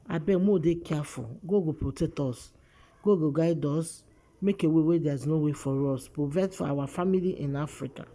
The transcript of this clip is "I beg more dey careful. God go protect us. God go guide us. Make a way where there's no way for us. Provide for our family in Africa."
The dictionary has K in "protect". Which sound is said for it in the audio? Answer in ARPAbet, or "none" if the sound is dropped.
none